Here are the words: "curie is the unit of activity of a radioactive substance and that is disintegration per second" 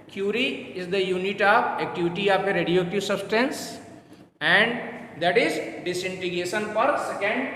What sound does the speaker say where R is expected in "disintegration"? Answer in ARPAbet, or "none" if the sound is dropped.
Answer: none